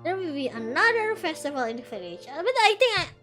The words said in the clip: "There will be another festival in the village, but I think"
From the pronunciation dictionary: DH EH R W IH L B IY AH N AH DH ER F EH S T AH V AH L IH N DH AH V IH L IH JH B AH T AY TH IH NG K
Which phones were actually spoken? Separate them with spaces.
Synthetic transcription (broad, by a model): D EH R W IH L B IY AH N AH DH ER F EH S T AH V AH L IH N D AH F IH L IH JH B AH T AY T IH NG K